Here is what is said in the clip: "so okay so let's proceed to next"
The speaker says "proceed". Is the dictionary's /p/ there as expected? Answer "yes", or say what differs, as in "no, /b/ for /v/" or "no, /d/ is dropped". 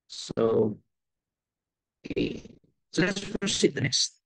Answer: no, /f/ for /p/